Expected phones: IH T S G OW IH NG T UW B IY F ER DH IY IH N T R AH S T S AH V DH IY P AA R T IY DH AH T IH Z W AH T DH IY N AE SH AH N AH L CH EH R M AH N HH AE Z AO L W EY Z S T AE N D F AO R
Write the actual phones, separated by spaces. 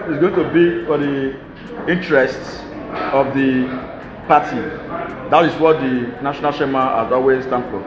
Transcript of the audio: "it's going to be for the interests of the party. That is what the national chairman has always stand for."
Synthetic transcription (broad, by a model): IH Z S G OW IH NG T UW B IY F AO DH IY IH N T R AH S T S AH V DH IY P AA T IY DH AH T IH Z W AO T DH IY N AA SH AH N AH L SH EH M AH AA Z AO W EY S T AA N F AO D